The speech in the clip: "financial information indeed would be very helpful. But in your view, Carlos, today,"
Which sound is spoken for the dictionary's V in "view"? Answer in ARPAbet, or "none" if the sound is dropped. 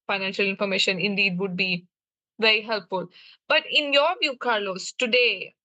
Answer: V